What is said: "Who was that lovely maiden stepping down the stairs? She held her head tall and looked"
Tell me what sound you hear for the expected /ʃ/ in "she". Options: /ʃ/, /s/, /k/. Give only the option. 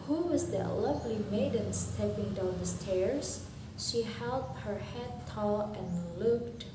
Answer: /ʃ/